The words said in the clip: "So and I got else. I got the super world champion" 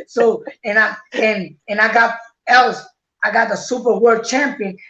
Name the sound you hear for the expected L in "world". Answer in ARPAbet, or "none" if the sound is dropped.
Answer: none